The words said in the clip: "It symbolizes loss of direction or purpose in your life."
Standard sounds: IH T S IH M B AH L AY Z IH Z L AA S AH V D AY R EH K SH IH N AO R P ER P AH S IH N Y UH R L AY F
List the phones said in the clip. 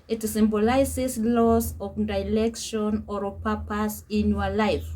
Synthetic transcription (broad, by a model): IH T S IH M B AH L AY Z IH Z L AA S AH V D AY L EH K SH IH N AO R P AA P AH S IH N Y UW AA L AY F